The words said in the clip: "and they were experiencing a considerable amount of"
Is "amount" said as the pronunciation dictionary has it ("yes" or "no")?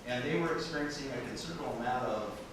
no